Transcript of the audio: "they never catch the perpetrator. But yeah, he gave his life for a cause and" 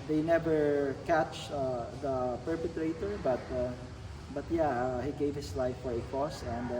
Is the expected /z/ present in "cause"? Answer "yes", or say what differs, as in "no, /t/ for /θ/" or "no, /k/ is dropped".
no, /s/ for /z/